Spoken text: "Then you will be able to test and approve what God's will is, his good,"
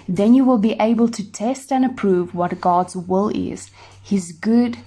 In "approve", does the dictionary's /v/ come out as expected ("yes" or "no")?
yes